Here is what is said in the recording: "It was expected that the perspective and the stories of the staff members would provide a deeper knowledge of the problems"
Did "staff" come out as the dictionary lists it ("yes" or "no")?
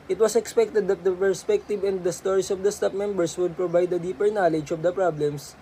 no